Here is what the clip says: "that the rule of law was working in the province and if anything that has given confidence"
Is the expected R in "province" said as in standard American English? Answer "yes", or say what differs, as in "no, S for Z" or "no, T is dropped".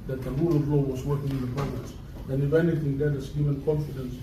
no, R is dropped